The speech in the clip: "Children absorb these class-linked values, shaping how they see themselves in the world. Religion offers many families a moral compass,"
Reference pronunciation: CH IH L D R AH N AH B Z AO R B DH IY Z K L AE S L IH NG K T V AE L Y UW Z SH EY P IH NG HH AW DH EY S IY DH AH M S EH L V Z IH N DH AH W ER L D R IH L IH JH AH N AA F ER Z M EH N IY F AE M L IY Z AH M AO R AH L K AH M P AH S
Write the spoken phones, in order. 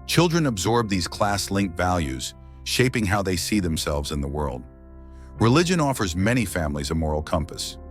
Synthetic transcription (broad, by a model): CH IH L D R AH N AH B Z AO R B DH IY Z K L AE S L IH NG K T V AE L Y UW Z SH EY P IH NG HH AW DH EY S IY DH AH M S EH L V Z IH N DH AH W ER L D R IH L IH JH AH N AA F ER Z M EH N IY F AE M L IY Z AH M AO R L K AH M P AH S